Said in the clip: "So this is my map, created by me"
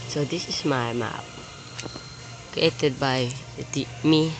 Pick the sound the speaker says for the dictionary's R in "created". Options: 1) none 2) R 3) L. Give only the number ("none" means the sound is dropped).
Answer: 1